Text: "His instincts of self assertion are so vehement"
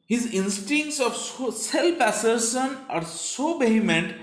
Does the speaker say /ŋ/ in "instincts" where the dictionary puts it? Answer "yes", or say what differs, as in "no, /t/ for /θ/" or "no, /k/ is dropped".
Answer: yes